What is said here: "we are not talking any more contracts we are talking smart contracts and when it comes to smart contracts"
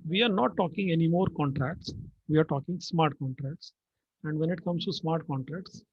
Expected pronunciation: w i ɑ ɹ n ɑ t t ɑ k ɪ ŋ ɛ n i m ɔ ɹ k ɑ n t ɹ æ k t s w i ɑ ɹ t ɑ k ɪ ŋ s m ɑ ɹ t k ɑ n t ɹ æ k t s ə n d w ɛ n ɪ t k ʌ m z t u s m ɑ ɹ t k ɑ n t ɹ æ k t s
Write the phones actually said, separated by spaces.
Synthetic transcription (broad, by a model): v i ɑ ɹ n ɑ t t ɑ k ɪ ŋ ɛ n i m ɔ ɹ k ɑ n t ɹ æ k t s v i ɑ ɹ t ɑ k ɪ ŋ s m ɑ ɹ t k ɑ n t ɹ æ k t s ə n d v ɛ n ɪ t k ʌ m s t u s m ɑ ɹ t k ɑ n t ɹ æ k t s